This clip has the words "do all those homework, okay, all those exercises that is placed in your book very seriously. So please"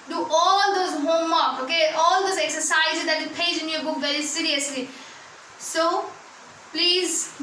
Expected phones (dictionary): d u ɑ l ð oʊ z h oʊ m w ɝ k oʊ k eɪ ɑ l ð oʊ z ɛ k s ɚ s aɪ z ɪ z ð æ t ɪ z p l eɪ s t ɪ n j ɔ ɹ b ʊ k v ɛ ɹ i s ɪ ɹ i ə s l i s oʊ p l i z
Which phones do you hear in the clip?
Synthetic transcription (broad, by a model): d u ɑ l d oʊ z h oʊ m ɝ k oʊ k eɪ ɑ l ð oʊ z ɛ k s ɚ s aɪ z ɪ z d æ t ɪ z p eɪ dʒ ɪ n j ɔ b ʊ k v ɛ ɹ i s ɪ ɹ i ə s l i s oʊ p l i z